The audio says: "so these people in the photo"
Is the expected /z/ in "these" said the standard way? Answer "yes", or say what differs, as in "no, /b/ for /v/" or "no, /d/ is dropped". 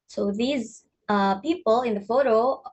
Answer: yes